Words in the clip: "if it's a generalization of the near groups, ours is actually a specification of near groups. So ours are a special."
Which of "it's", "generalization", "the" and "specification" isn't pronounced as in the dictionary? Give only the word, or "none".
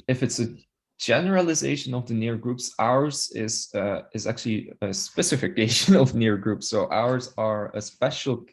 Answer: none